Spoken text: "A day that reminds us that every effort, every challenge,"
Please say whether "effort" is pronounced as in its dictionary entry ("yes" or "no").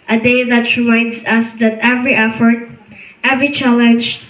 yes